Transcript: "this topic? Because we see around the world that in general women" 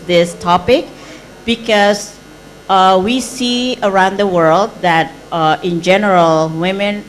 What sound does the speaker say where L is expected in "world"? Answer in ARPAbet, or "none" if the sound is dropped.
L